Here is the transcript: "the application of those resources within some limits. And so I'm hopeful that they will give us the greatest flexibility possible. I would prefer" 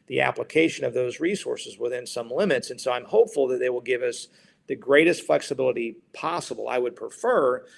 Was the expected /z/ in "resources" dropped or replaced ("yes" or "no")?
no